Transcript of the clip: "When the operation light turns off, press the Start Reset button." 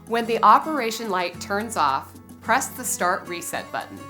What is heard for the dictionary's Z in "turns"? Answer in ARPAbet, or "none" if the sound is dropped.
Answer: Z